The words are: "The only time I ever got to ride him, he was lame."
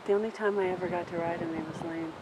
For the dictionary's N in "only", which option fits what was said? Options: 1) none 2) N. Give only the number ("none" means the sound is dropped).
2